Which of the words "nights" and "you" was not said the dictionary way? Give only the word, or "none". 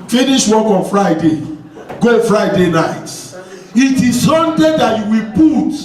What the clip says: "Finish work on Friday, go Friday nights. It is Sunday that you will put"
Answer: nights